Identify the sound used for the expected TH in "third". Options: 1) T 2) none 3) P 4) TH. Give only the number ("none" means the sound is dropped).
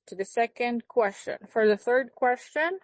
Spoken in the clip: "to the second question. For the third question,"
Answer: 4